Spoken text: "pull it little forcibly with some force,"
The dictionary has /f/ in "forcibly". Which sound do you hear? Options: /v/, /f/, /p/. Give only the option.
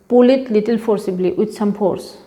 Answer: /p/